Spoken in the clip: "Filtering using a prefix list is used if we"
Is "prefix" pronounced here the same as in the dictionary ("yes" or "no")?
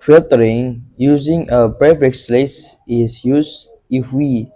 no